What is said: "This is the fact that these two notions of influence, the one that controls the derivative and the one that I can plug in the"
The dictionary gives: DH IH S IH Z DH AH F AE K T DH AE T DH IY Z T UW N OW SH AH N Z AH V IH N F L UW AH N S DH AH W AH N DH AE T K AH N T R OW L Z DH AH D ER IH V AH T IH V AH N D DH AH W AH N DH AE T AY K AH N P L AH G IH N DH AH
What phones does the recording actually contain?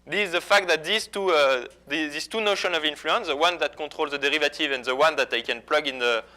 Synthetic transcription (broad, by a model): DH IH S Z DH AH F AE K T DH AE T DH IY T T UW N OW SH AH N AH V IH N F L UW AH N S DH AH W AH N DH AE T K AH T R OW L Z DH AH D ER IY V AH T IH V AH N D DH AH W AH N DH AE T AY K AH N P L AH G IH N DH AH